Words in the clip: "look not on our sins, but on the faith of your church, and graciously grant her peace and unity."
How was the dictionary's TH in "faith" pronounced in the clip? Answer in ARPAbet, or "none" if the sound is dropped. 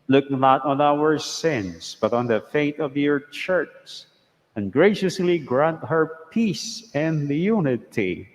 T